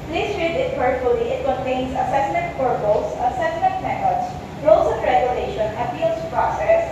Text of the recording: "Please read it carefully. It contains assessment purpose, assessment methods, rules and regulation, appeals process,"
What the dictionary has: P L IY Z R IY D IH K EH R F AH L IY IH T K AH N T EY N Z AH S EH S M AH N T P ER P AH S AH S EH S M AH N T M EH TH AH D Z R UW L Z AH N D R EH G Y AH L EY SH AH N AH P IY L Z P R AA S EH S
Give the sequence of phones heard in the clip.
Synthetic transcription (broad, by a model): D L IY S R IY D IH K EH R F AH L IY IH T K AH N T EY N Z AH S EH S M AH N T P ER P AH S AH S EH S M AH N T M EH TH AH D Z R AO Z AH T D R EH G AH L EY SH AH N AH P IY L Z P R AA S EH S